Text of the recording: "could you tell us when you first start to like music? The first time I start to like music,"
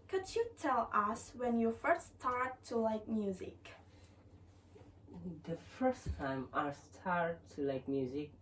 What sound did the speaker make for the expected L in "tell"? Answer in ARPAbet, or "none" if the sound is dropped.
L